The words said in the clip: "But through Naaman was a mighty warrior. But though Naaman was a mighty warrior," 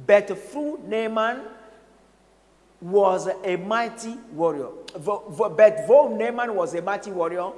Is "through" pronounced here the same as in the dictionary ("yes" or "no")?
no